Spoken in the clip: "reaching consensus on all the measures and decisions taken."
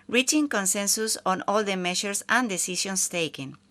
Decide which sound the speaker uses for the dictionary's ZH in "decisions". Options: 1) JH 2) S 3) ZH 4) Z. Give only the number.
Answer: 2